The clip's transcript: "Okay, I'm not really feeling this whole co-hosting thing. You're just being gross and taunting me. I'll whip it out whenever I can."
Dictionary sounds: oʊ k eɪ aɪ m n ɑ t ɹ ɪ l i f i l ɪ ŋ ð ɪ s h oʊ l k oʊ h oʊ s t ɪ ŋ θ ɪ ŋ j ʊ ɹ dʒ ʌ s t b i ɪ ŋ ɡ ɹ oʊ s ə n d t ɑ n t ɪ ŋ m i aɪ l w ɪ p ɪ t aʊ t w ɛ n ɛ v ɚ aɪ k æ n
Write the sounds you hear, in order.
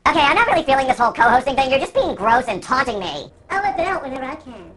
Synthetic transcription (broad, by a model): oʊ k eɪ aɪ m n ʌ t ɹ ɪ l i f i l ɪ ŋ ð ɪ s h oʊ l k oʊ h oʊ s t ɪ ŋ θ ɪ ŋ j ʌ ɹ dʒ ʌ s b i ɪ ŋ ɡ ɹ oʊ s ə n t ɑ n t ɪ ŋ m i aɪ l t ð ɪ t aʊ t w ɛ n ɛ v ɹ aɪ k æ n